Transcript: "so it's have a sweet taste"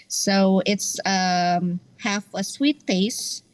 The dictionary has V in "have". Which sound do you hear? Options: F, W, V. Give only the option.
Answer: F